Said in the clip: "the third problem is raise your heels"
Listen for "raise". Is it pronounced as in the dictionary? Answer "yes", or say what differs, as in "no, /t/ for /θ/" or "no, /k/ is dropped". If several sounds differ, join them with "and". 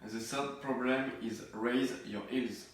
yes